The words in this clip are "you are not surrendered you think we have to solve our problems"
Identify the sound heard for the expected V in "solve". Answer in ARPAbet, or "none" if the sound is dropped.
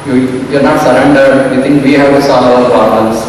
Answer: none